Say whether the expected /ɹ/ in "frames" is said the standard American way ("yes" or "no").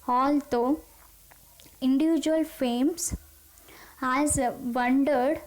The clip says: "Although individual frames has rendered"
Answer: no